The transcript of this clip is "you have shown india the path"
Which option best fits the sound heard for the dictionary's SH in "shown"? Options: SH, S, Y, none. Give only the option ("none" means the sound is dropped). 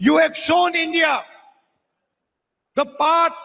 SH